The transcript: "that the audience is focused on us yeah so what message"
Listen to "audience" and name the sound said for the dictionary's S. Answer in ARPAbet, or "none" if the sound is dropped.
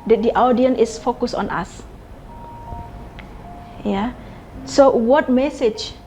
none